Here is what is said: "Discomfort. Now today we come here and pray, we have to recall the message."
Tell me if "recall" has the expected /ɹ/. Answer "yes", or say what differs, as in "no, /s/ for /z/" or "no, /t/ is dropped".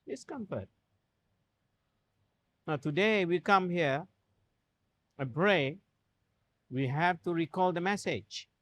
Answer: yes